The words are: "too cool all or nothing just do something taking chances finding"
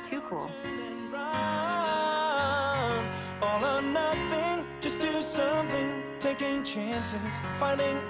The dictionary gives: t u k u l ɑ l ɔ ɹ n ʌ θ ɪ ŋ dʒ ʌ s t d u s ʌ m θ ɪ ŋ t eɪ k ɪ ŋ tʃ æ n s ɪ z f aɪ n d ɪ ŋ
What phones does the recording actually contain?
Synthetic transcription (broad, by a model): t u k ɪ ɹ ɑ n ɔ l n ʌ θ ɪ ŋ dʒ ʌ s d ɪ s ʌ m θ ɪ ŋ t eɪ k ɪ ŋ tʃ æ n s ɪ z f aɪ n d ɪ ŋ